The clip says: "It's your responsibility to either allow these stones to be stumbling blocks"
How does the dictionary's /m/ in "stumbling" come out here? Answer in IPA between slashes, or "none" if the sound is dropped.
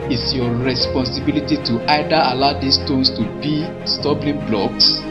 none